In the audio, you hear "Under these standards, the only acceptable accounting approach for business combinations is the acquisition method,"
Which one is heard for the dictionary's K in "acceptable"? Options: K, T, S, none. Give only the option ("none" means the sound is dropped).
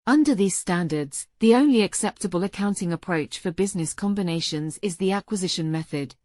K